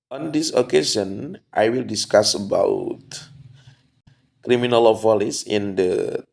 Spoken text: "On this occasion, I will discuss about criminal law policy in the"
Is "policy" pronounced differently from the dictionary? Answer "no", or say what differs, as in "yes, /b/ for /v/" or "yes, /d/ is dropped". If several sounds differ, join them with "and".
yes, /f/ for /p/